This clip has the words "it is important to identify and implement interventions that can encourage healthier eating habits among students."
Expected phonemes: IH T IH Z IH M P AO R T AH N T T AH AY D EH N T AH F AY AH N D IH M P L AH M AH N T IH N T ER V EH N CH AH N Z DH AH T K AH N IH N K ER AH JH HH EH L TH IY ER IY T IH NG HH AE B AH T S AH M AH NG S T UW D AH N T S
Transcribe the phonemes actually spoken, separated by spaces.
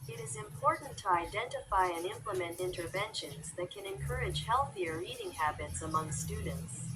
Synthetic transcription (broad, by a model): IH T IH Z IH M P AO R T N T T AH AY D EH N T AH F AY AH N IH M P L AH M AH N T IH N T ER V EH N SH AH N Z DH AH T K AH N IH N K ER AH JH HH EH L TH IY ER IY T IH NG HH AE B AH T S AH M AH NG S T UW D N T S